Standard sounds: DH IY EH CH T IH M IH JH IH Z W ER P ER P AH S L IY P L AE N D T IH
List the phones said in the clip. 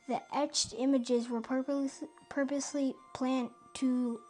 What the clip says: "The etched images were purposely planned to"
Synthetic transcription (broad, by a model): DH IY EH CH T IH M IH JH IH Z W ER P ER P AH S L IY P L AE N T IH